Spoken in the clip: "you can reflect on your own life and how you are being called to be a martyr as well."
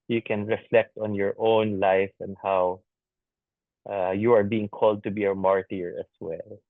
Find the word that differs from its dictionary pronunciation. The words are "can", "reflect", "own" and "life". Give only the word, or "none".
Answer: none